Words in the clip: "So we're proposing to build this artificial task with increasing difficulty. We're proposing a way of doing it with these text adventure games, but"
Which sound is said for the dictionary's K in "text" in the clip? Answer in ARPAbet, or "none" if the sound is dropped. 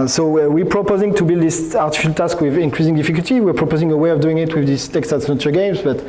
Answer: K